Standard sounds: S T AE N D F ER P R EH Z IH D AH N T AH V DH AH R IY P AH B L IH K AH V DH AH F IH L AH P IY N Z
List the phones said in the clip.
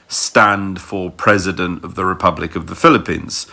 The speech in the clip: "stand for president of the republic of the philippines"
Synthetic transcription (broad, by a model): S T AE N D F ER P R EH Z IH D AH N T AH V DH AH R IY P AH B L IH K AH V DH AH F IH L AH P IY N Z